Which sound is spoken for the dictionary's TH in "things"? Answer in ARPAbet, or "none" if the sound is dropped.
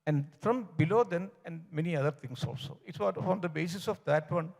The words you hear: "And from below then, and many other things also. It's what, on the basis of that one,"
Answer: T